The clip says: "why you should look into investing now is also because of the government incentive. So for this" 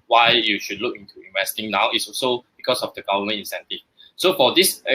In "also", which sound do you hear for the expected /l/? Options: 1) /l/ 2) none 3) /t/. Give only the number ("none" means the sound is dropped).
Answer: 2